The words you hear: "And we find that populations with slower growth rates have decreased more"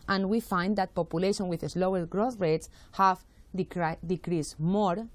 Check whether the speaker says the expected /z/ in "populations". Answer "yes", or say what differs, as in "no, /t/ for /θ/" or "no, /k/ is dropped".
no, /z/ is dropped